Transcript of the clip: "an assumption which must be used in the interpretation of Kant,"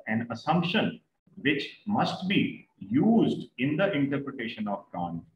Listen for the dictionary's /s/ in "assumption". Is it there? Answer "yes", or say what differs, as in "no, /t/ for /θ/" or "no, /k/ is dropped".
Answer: yes